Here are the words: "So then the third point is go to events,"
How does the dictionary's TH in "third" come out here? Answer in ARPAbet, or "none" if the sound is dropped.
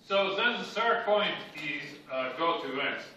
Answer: T